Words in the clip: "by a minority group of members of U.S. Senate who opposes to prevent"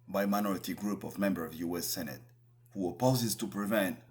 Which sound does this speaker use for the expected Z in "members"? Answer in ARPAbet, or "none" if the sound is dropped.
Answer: none